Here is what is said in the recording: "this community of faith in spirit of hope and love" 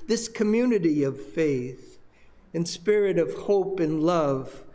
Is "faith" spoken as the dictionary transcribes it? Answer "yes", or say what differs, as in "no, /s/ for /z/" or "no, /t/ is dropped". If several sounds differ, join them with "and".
yes